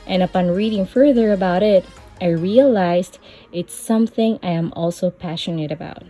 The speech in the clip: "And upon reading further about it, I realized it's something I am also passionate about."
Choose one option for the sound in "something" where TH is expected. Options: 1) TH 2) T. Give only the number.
1